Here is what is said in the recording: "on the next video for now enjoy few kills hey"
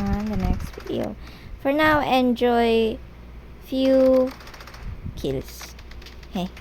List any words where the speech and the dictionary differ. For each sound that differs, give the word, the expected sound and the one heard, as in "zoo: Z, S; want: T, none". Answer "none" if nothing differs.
kills: Z, S